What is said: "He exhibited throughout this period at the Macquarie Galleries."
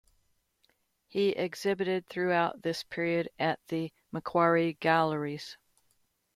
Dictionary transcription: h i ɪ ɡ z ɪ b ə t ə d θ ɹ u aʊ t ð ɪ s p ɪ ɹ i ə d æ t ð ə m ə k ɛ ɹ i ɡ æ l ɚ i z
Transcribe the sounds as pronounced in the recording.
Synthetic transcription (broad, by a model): h i ɪ ɡ z ɪ b ə t ə d θ ɹ u aʊ t ð ɪ s p ɪ ɹ i ə d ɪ t ð ə m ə k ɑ ɹ i ɡ æ l ɚ i z